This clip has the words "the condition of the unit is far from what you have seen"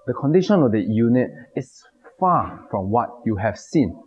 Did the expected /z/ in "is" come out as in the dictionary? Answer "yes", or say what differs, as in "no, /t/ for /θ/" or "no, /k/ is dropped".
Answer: no, /s/ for /z/